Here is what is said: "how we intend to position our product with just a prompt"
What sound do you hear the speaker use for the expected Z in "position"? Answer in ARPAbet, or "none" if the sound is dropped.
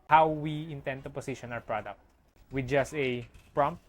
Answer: S